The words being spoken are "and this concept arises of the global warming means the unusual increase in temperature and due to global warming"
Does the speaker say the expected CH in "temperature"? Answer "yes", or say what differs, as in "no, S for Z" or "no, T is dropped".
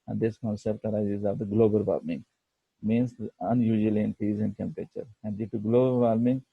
yes